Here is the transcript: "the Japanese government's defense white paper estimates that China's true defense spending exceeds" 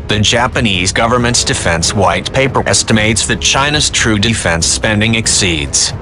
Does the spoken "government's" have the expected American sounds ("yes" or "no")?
yes